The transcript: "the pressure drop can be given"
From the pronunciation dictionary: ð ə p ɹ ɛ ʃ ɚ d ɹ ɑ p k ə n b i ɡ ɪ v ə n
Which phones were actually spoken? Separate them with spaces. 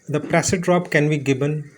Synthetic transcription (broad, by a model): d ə p ɹ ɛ s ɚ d ɹ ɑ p k ə n b i ɡ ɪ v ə n